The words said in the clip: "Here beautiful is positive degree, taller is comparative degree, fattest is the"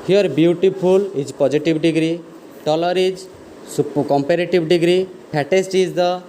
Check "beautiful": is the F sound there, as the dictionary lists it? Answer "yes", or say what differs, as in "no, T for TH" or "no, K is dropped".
no, P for F